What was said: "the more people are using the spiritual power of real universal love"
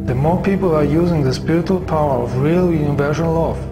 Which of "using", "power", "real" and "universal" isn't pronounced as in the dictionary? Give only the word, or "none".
universal